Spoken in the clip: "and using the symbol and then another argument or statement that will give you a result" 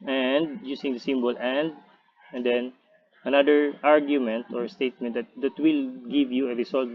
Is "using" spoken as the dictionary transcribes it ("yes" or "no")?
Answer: no